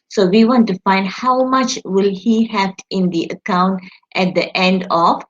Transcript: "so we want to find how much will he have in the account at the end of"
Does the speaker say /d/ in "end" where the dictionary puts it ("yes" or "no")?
yes